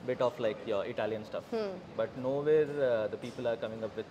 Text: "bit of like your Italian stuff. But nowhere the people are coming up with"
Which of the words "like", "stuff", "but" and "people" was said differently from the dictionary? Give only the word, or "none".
none